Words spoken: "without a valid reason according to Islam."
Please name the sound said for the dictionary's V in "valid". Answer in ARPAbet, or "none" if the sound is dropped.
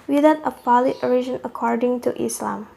P